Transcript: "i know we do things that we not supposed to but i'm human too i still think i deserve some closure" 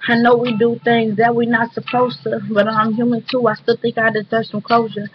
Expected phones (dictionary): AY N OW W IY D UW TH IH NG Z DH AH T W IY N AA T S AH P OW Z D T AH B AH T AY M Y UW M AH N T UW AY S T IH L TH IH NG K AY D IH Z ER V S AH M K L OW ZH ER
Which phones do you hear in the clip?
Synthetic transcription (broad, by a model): AY N OW W IY D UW TH IH NG Z DH AH T W IY N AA T S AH P OW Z T AH B AH T AY M Y UW M AH N T UW AY S T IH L TH IH NG K AY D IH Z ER S AH M K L OW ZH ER